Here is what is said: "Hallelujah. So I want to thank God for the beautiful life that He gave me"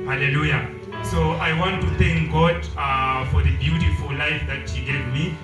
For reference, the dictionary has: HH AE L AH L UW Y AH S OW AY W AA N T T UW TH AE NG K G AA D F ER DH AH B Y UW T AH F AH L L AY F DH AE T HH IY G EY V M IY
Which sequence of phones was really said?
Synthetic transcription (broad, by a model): HH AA L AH L UW Y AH S OW AY W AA N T T UW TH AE NG K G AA D F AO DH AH B Y UW T AH F AH L L AY F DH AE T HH IY G EY V M IY